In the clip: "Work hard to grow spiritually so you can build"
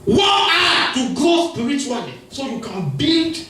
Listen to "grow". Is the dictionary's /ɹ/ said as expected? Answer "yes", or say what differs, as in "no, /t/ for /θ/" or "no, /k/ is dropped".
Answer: no, /ɹ/ is dropped